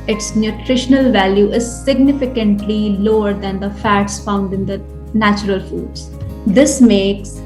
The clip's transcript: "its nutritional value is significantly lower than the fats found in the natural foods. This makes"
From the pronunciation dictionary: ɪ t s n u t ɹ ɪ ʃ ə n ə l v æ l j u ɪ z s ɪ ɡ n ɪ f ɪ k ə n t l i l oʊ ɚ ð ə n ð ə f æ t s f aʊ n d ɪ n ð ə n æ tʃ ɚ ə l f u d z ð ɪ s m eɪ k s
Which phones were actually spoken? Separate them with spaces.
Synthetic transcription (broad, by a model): ɪ t s n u t ɹ ɪ ʃ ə n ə l v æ l j u ɪ z s ɪ ɡ n ɪ f ɪ k ə n t l i l oʊ ɚ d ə n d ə f æ t s f aʊ n d ɪ n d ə n æ tʃ ɚ ə l f u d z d ɪ s m eɪ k s